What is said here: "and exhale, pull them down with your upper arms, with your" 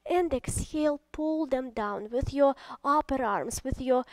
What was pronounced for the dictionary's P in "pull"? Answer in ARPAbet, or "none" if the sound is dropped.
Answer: P